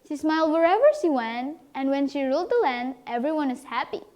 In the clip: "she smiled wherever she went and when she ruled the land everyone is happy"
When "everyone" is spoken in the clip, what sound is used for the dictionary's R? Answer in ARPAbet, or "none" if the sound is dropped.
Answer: R